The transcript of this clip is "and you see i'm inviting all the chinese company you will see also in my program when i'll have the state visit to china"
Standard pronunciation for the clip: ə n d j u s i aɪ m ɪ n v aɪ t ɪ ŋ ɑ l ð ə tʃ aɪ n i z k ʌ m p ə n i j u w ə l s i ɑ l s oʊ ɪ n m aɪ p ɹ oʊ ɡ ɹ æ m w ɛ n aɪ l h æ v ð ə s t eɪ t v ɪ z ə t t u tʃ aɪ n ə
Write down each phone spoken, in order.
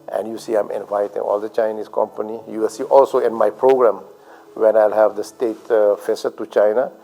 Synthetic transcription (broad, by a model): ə n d j u s i aɪ m ɪ n v aɪ t ɪ ŋ ɑ l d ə tʃ aɪ n i s k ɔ m p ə n i j u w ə l s i ɑ l s oʊ ɪ n m aɪ p ɹ oʊ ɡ ɹ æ m w ɛ n aɪ l h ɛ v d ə s t eɪ t f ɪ s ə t t u tʃ aɪ n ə